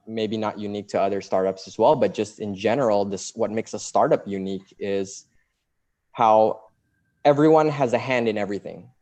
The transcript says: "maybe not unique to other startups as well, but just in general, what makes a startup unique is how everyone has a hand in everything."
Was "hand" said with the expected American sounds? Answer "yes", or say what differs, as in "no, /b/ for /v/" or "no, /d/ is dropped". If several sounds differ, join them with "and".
yes